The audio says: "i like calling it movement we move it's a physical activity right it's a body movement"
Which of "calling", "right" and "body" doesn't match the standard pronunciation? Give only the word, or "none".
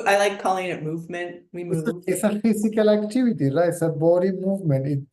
right